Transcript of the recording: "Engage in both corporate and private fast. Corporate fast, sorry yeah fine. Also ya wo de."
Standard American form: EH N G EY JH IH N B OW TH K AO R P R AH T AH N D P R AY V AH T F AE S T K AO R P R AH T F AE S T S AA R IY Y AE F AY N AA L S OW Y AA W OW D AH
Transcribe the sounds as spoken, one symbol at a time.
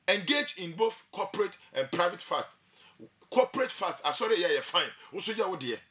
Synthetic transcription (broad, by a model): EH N G EY JH IH N B OW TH K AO P R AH T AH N P R AY V AH T F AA S T K AO P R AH T F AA S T S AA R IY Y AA F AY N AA S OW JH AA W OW D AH